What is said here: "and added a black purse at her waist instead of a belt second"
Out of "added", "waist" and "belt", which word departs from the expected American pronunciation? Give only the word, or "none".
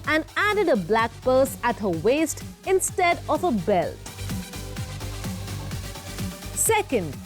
none